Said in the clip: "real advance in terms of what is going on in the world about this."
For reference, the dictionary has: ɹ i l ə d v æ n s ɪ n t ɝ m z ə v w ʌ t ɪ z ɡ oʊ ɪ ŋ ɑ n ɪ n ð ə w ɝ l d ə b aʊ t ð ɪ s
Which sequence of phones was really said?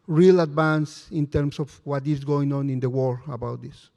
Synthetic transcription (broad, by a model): ɹ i l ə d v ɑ n s ɪ n t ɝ m s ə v w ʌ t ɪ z ɡ oʊ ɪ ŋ ɑ n ɪ n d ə w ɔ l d ə b aʊ t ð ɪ s